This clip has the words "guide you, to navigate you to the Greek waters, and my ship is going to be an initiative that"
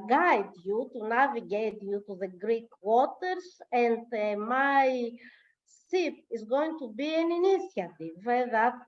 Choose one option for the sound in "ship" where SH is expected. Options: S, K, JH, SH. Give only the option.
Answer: S